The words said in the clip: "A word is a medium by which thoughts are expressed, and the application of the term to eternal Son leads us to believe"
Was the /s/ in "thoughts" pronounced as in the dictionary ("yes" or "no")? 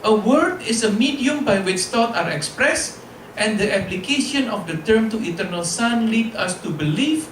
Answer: no